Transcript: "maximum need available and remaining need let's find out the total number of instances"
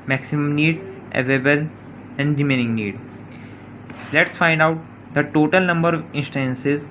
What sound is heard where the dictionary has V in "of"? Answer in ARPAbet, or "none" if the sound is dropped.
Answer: V